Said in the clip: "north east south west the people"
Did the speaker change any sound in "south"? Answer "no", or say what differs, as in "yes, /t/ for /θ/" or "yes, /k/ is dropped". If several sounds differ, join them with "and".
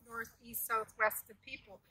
no